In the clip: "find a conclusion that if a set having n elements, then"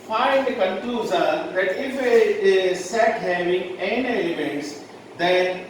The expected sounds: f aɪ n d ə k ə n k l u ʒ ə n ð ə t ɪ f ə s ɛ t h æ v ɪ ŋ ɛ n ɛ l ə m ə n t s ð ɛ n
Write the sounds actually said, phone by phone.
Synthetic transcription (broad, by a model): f aɪ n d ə k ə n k u z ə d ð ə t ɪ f ə s ɛ t h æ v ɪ ŋ ɛ n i ə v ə n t s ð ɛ n